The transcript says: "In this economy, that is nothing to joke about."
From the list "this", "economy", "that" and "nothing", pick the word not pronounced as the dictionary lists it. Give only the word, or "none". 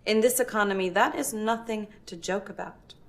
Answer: none